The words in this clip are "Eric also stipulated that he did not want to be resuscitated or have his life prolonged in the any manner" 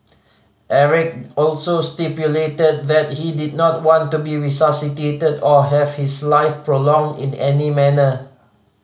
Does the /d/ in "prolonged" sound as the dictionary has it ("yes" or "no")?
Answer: yes